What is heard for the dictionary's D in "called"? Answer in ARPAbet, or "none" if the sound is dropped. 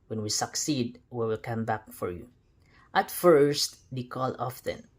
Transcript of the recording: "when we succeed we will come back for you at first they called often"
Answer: none